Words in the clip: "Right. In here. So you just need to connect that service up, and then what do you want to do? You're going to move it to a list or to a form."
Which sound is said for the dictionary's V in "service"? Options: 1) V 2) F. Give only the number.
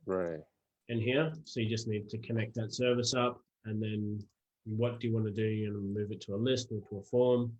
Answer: 1